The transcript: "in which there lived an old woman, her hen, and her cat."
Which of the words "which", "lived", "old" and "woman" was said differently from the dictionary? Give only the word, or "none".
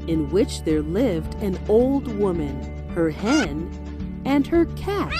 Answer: none